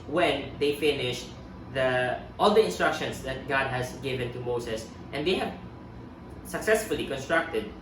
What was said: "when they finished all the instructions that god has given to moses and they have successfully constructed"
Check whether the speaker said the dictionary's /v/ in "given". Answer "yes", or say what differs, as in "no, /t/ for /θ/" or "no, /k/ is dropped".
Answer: yes